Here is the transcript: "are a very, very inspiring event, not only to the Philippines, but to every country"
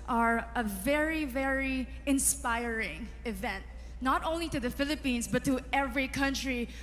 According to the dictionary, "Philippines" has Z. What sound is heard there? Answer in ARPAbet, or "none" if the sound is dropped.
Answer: S